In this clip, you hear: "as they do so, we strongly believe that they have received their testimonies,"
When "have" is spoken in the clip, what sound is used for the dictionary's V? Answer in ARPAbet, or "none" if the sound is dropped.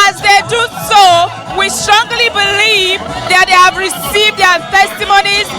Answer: V